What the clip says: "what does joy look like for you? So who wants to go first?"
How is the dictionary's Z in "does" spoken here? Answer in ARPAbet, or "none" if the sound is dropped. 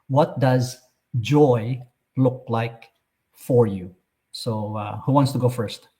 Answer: Z